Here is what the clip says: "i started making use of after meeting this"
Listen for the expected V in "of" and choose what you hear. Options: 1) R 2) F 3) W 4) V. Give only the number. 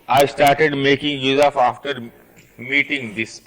2